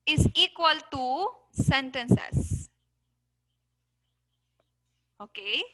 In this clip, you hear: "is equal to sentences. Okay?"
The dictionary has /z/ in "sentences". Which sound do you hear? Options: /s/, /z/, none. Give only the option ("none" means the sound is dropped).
/s/